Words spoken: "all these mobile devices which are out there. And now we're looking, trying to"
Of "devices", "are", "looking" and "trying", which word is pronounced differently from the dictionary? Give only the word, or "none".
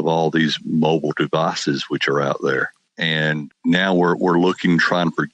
none